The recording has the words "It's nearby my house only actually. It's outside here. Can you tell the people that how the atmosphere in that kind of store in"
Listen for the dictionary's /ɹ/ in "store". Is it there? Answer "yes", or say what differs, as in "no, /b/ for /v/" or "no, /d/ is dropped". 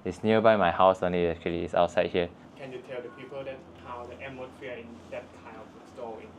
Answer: no, /l/ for /ɹ/